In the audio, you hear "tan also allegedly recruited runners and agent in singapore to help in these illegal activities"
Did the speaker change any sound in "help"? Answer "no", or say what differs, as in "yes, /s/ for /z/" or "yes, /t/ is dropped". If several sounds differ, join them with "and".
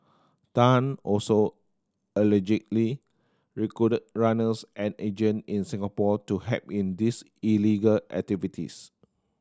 yes, /l/ is dropped